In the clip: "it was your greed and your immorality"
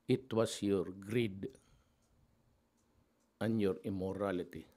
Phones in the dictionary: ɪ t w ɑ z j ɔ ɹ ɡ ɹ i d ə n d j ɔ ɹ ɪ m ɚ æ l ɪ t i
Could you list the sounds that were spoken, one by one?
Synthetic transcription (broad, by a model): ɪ t w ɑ s j ɔ ɹ ɡ ɹ i d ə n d j ɔ ɹ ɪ m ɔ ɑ l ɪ t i